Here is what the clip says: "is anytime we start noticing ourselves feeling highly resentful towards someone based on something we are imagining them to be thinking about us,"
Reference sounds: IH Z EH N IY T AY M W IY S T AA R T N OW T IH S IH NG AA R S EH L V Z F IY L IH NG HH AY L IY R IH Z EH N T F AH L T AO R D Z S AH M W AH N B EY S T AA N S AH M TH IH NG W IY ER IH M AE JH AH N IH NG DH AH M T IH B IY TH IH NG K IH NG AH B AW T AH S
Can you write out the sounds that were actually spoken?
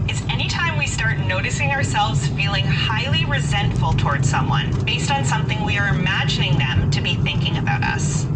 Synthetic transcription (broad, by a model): IH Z EH N IY T AY M W IY S T AA R T N OW T IH S IH NG AA R S EH L V Z F IY L IH NG HH AY L IY R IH Z EH N T F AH L T AO R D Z S AH M W AH N B EY S T N S AH M TH IH NG W IY ER IH M AE JH AH N IH NG DH AH M T IH B IY TH IH NG K IH NG AH B AW T AH S